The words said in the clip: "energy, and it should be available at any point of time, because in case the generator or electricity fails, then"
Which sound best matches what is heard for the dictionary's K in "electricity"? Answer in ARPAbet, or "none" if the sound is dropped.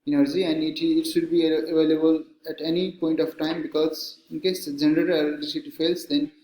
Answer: none